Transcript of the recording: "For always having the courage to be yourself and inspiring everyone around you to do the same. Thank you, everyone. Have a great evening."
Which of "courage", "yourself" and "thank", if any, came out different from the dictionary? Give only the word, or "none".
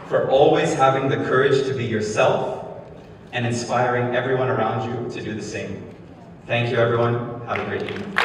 none